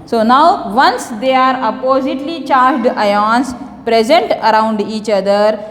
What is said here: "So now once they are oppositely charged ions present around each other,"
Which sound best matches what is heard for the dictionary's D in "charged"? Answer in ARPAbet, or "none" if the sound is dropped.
D